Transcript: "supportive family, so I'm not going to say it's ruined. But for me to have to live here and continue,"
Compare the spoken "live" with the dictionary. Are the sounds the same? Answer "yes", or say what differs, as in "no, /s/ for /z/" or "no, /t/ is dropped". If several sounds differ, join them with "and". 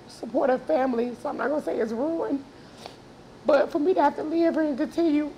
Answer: yes